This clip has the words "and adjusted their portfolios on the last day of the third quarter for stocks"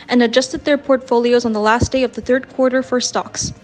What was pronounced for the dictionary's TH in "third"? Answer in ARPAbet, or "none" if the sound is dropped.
TH